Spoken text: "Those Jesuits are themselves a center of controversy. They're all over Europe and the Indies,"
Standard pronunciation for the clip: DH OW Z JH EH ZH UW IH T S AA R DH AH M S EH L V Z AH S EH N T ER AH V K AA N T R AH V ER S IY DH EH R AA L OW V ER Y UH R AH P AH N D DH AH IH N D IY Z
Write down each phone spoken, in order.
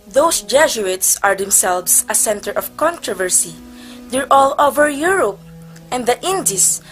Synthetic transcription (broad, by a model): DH OW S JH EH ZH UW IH T S AA R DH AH M S EH L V S AH S EH N T ER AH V K AA N T R AH V ER S IY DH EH R AA L OW V ER Y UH R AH P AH N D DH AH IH N D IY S